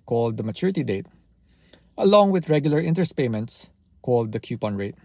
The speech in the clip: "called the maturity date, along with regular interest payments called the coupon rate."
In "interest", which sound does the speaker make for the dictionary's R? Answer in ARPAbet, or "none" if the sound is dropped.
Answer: none